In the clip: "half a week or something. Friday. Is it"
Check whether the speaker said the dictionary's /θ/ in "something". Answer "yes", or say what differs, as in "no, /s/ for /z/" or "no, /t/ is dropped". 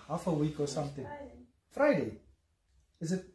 no, /t/ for /θ/